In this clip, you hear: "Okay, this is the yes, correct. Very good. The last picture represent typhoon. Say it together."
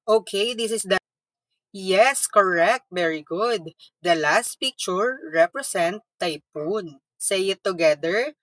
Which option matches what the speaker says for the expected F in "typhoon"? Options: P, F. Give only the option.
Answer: P